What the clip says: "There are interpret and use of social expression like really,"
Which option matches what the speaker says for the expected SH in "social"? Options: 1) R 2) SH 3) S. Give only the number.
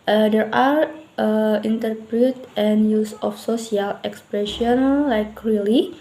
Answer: 3